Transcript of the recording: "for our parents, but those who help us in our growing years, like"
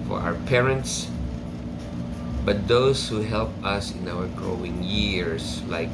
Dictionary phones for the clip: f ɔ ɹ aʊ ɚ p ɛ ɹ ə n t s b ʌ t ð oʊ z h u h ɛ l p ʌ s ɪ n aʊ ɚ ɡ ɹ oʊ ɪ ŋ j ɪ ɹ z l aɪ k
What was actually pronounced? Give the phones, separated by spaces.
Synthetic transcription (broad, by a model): f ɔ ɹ aʊ ɚ p ɛ ɹ ə n t s b ʌ t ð oʊ s h u h ɛ l p ʌ s ɪ n aʊ ɚ ɡ ɹ oʊ ɪ ŋ j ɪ ɹ s l aɪ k